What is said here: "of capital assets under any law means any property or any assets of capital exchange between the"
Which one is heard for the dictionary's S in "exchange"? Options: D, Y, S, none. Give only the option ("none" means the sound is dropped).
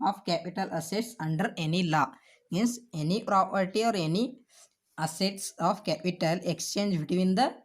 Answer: S